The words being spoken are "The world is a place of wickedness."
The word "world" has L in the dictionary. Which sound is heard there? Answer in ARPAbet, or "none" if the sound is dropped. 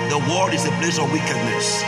none